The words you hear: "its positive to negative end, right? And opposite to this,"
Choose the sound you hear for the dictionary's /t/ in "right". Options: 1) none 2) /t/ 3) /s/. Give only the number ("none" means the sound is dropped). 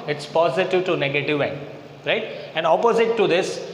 2